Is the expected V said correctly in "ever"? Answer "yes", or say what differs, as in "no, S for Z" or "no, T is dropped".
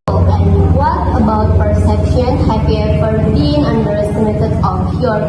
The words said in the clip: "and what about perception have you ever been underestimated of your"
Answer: no, F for V